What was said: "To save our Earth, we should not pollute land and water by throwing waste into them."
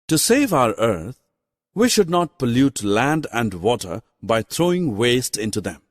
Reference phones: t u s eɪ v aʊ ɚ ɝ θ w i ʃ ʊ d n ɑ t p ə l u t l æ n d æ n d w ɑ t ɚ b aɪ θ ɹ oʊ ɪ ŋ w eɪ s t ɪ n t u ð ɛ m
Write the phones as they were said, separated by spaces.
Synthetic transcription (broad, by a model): t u s eɪ v aʊ ɚ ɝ t w i ʃ ʊ d n ɑ t p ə l u t l æ n d æ n d w ɑ t ɚ b aɪ t ɹ oʊ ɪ ŋ w eɪ s t ɪ n t u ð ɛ m